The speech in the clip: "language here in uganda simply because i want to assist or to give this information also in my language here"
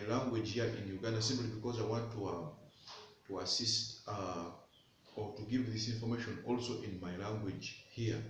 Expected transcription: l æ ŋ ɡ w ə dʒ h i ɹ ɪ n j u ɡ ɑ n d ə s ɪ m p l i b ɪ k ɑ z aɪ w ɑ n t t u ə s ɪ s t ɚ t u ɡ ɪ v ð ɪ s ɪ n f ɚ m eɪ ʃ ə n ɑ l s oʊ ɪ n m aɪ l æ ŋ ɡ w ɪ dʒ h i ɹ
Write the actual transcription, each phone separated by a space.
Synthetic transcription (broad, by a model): l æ ŋ ɡ w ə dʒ h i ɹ ɪ n j u ɡ ɑ n d ə s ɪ m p l i b ɪ k ɑ z aɪ w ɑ n t t u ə s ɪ s t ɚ t u ɡ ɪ v ð ɪ s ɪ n f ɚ m eɪ ʃ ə n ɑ l s oʊ ɪ n m aɪ l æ ŋ ɡ w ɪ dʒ h i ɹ